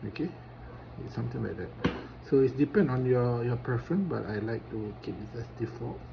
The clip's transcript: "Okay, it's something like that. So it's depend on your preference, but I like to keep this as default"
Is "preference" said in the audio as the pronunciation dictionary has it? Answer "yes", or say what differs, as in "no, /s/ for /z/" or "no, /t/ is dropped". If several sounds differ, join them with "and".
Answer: no, /ɹ/ is dropped and /s/ is dropped